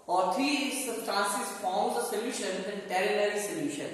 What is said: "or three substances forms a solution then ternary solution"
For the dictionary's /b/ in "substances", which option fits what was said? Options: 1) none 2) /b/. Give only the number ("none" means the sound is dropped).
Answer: 1